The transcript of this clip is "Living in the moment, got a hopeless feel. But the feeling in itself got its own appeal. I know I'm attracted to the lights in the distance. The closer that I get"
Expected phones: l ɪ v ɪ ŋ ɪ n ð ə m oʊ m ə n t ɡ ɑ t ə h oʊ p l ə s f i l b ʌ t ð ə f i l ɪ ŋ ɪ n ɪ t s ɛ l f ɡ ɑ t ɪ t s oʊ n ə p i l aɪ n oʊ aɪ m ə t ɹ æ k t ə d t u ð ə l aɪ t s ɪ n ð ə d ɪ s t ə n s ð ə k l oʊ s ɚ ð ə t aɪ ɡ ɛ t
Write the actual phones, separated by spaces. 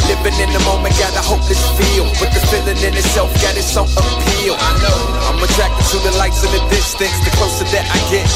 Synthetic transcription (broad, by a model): l ɪ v ɪ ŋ ɪ n ð ə m oʊ m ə n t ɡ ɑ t ə h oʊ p ə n f i l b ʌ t ð ə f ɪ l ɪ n ɪ n ɪ t s ɛ l f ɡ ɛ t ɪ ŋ s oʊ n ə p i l aɪ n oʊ aɪ m ə t ɹ æ k t ə d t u ð ə l aɪ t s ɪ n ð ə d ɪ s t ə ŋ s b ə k oʊ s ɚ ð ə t aɪ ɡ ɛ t